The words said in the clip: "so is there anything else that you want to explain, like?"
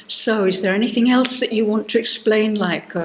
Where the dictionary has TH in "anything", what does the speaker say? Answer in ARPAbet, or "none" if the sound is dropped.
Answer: TH